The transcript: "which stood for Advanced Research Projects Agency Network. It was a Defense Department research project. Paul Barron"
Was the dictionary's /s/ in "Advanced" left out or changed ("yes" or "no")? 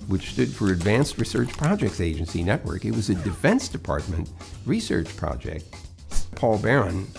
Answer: no